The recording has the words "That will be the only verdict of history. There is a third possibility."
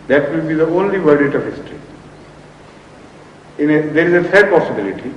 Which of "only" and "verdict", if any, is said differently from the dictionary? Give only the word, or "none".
verdict